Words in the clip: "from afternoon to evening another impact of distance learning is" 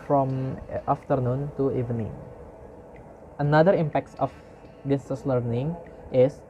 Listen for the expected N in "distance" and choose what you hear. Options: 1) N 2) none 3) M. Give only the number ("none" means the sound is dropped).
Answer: 2